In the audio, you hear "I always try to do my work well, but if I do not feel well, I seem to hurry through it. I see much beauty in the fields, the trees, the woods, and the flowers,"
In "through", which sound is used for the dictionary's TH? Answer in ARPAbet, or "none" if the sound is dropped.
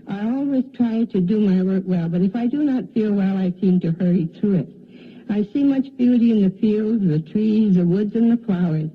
TH